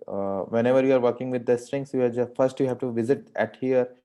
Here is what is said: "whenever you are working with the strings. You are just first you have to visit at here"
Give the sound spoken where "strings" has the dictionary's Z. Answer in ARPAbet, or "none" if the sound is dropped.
S